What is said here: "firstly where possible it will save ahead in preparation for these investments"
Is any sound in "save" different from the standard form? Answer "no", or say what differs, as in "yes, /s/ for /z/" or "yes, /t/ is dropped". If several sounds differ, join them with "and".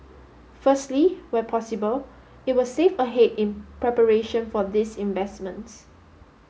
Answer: yes, /f/ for /v/